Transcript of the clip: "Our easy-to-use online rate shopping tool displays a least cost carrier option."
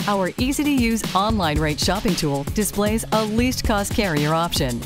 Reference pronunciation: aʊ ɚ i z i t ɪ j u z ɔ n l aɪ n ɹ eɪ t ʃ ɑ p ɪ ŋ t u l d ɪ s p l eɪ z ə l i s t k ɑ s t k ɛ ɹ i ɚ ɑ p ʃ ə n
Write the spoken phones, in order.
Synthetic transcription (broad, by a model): aʊ ɚ i z i t ɪ j u z ɔ n l aɪ n ɹ eɪ t ʃ ɑ p ɪ ŋ t u l d ɪ s p l eɪ z ə l i s t k ɑ s t k ɛ ɹ i ɚ ɑ p ʃ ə n